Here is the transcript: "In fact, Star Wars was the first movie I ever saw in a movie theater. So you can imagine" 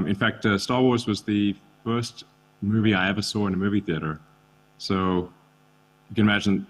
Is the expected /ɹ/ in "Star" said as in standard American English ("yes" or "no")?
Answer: yes